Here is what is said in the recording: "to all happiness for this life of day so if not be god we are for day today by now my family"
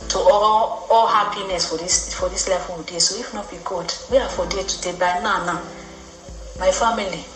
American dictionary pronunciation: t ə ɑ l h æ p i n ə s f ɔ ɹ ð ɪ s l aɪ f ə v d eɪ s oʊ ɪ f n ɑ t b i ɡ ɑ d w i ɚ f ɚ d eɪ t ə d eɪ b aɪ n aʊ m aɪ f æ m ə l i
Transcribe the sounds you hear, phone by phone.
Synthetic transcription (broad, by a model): t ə ɑ l h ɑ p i n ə s f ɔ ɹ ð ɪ s l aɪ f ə w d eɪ s oʊ ɪ f n ɑ t b i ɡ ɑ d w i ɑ f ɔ d eɪ t ə d eɪ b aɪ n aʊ m aɪ f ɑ m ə l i